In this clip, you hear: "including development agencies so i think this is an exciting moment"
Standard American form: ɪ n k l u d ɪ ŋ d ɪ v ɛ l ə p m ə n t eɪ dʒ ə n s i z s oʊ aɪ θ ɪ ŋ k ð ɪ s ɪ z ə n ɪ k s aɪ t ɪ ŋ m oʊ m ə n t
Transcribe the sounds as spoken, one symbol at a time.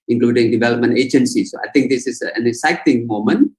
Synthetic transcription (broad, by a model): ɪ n k l u d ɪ ŋ d ɪ v ɛ l ə p m ə n t eɪ dʒ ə n s i s oʊ aɪ t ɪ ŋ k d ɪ s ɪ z ə n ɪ s aɪ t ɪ ŋ m oʊ m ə n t